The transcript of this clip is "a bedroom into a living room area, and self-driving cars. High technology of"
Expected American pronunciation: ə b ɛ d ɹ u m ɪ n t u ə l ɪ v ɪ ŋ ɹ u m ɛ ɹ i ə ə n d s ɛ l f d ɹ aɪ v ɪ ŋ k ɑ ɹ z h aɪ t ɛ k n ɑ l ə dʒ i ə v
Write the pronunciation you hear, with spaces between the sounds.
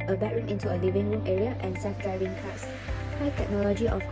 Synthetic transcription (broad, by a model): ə b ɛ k ɹ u m ɪ n t u ə l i v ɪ ŋ ɹ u m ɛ ɹ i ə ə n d s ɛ f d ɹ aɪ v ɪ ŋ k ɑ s h aɪ t ɛ k n ɑ l ə dʒ i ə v